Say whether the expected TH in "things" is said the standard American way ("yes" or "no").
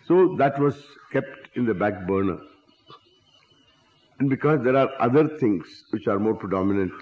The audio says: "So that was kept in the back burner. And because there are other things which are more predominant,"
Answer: no